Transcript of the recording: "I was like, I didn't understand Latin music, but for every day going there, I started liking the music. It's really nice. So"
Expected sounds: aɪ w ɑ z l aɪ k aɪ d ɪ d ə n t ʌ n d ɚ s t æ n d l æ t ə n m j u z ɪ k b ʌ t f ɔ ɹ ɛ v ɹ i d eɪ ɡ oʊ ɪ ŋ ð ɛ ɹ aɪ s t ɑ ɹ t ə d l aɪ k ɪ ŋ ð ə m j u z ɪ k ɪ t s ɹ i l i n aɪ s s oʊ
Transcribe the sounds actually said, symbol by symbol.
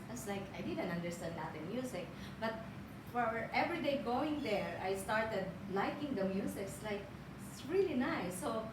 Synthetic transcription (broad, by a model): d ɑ s l aɪ k aɪ d ɪ d ə n t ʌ n d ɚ s t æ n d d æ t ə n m j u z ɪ k b ʌ t f ɔ ɹ ɛ v ɹ i d eɪ ɡ oʊ ɪ ŋ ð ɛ ɹ aɪ s t ɑ ɹ t ə d l aɪ k ɪ ŋ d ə m j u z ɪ k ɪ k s ɹ i l i n aɪ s s oʊ